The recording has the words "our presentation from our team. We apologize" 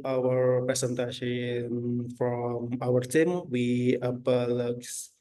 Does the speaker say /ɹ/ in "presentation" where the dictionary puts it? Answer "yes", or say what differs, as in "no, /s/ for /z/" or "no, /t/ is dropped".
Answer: no, /ɹ/ is dropped